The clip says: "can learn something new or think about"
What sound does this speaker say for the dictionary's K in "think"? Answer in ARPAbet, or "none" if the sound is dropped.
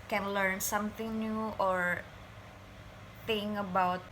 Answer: none